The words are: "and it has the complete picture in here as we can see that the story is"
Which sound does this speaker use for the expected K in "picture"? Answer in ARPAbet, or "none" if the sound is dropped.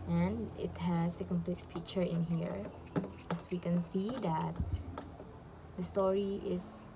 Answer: none